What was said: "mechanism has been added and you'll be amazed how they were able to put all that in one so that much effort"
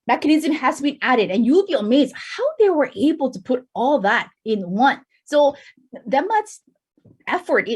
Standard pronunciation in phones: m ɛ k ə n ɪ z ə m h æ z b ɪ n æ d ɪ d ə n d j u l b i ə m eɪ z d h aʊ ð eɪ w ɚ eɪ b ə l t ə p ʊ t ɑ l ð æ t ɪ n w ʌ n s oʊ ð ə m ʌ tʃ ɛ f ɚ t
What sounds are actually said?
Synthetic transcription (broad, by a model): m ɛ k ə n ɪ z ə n h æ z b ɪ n æ d ɪ d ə n j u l b i ə m eɪ z d h aʊ ð eɪ w ɚ eɪ b l t ə p ʊ t ɑ l ð æ t ɪ n w ʌ n s oʊ ð ə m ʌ s ɛ f ɚ t